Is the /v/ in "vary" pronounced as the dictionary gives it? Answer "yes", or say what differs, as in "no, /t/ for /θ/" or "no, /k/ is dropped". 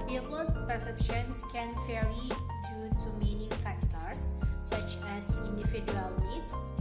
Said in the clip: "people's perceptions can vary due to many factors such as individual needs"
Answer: no, /f/ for /v/